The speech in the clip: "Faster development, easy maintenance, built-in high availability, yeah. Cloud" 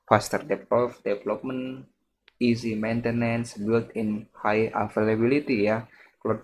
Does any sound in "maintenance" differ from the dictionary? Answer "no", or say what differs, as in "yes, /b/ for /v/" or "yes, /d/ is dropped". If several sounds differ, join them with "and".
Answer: no